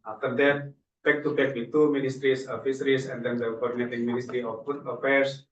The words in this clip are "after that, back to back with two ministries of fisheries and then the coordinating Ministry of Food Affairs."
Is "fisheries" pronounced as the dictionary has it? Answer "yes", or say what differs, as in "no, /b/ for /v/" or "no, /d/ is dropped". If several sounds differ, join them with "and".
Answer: no, /s/ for /ʃ/ and /s/ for /z/